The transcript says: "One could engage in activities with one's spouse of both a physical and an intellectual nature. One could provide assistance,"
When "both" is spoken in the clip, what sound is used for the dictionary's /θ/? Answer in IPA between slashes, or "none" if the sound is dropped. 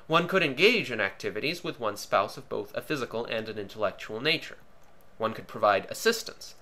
/θ/